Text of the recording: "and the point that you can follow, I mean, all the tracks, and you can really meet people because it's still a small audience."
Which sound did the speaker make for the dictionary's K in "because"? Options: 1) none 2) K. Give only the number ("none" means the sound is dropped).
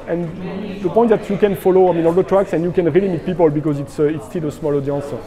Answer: 2